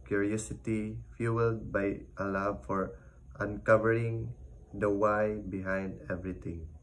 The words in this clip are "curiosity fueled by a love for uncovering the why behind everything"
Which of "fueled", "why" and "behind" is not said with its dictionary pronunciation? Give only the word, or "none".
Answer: none